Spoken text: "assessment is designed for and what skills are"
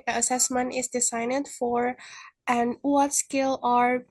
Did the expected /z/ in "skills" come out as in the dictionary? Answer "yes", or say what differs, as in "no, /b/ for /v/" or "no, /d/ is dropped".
no, /z/ is dropped